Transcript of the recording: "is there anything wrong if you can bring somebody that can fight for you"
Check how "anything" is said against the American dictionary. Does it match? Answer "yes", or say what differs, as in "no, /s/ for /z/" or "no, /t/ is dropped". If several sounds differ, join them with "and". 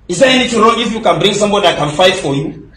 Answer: no, /t/ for /θ/